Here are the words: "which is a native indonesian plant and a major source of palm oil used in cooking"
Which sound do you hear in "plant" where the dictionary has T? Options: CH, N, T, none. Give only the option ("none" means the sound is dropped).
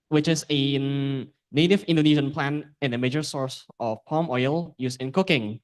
none